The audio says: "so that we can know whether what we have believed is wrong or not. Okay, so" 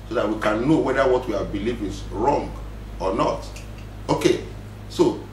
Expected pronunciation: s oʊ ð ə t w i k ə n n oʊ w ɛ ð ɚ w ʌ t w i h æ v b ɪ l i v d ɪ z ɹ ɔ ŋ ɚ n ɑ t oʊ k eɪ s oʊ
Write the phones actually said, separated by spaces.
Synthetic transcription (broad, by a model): s oʊ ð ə t w i k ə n n oʊ w ɛ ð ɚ w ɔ t w i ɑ b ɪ l i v ɪ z ɹ ɔ ŋ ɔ n ɑ t oʊ k eɪ s oʊ